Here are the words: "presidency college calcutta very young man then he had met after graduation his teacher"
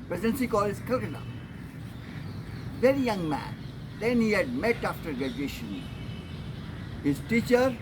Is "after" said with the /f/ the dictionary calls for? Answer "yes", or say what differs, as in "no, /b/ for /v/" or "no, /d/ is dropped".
yes